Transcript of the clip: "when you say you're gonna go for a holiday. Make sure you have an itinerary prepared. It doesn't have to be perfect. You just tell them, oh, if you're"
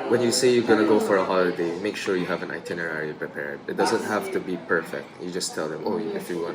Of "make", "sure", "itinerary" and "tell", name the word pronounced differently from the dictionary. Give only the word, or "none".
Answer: none